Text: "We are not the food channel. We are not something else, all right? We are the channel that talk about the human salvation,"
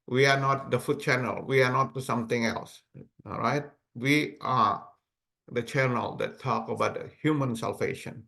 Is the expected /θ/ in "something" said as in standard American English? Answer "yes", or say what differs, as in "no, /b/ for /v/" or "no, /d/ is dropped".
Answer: no, /t/ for /θ/